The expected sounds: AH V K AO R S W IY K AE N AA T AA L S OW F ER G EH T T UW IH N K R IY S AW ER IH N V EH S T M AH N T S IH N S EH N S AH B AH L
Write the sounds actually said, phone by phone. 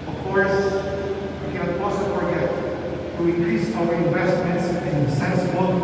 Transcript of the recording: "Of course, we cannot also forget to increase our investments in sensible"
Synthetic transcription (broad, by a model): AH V K AO R S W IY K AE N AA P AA S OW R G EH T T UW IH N K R IY S AW ER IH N V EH S T M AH N T S IH N S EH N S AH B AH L